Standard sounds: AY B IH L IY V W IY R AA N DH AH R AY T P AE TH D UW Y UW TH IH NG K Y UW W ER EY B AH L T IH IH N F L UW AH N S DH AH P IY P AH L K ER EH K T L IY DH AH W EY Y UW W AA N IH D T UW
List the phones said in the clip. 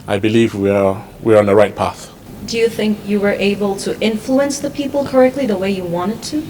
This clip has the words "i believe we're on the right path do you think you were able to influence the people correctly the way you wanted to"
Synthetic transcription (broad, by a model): AY B IH L IY V W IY W AA N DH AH R AY T P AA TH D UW Y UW TH IH NG K Y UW W ER EY B AH L T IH IH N F L UW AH N S DH AH P IY P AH L K ER EH K T L IY DH AH W EY Y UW W AA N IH D T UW